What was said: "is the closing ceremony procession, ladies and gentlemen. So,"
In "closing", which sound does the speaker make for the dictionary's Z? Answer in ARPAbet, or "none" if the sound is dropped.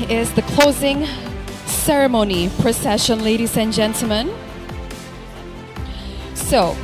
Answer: Z